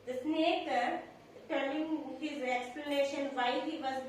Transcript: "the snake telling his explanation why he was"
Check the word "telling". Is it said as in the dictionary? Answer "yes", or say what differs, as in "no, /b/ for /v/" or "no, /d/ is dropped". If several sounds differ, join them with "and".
no, /n/ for /l/